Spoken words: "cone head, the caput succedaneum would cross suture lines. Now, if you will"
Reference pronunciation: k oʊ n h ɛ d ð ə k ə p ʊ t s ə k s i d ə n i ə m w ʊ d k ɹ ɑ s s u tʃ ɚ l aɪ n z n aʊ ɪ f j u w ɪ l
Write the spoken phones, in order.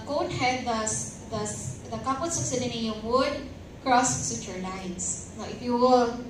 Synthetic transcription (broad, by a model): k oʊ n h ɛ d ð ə k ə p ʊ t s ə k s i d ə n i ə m w ʊ d k ɹ ɑ s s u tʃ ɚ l aɪ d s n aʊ ɪ f j u w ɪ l